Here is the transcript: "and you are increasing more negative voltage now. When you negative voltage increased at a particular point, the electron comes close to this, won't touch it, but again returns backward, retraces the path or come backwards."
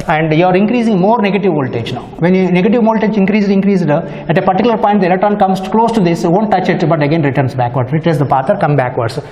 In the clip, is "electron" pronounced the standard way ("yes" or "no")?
no